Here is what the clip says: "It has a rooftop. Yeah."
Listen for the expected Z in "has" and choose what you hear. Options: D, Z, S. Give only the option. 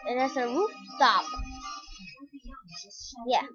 S